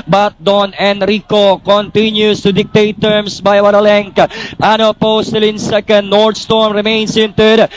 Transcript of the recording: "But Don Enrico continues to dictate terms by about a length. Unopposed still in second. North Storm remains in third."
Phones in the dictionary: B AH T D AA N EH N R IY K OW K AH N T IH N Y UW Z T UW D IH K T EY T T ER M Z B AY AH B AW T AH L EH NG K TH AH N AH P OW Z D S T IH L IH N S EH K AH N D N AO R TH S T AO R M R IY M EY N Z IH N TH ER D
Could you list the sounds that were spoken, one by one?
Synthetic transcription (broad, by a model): B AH T D AA N EH N R IY K OW K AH N T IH N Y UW S T UW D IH K T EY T T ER M S B AY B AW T AH L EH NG K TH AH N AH P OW S T IH L IH N S EH K AH N D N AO R T S T AO R M R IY M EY N S IH N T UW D